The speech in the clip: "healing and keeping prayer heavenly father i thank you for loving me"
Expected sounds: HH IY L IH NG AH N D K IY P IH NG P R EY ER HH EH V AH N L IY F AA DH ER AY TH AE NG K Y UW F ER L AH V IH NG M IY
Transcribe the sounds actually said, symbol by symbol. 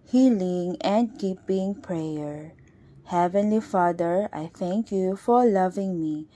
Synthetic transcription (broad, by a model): HH IY L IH NG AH N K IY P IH NG P R EY ER HH EH V AH N L IY F AA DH ER AY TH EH NG K Y UW F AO L AH V IH NG M IY